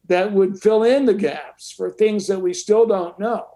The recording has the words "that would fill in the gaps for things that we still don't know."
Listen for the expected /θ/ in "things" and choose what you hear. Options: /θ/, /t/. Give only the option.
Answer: /θ/